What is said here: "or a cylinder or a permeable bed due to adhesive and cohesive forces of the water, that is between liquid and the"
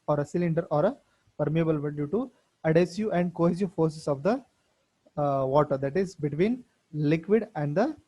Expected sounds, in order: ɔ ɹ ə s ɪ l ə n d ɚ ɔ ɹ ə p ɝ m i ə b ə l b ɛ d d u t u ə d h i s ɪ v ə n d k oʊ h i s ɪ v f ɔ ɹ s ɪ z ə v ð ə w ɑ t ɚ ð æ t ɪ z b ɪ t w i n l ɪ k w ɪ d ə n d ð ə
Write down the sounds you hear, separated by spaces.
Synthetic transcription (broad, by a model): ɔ ɹ ə s ɪ l ə n d ɚ ɔ ɹ ə p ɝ m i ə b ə l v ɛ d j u t u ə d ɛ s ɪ ə n d k oʊ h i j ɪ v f ɔ ɹ s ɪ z ə v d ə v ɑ t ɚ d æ t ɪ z b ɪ t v i n l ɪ k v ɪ d ə n d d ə